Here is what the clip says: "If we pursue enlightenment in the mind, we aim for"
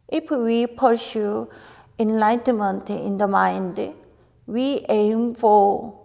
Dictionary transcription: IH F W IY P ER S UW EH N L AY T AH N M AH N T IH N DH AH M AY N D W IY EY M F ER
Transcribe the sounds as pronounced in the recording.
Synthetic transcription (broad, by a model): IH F W IY P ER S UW EH N L AY T AH N M AH N T IH N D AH M AY N D W IY EY M F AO